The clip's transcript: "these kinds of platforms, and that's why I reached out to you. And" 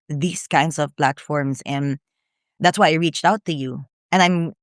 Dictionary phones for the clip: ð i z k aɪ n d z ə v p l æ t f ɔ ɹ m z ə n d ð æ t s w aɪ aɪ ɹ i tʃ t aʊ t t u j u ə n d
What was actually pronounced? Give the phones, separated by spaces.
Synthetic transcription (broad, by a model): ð i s k aɪ n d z ə v p l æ t f ɔ ɹ m s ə n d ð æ t s w aɪ aɪ ɹ i tʃ t aʊ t t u j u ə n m